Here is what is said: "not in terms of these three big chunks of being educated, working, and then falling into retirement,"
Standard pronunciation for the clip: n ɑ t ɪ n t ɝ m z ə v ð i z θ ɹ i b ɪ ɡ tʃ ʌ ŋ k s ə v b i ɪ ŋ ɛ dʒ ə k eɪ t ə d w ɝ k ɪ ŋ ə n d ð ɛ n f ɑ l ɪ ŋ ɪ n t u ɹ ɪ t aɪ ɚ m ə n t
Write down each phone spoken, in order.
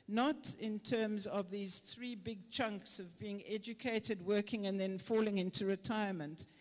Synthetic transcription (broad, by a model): n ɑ t ɪ n t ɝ m z ə v ð i z θ ɹ i b ɪ ɡ tʃ ʌ ŋ k s ə v b i ɪ ŋ ɛ dʒ ə k eɪ t ə d w ɝ k ɪ ŋ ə n ð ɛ n f ɑ l ɪ ŋ ɪ n t u ɹ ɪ t aɪ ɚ m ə n t